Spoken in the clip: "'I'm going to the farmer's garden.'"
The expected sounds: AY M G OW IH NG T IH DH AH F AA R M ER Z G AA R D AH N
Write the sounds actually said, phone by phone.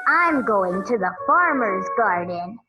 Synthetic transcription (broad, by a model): AY M G OW IH NG T IH DH AH F AA R M ER Z G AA R D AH N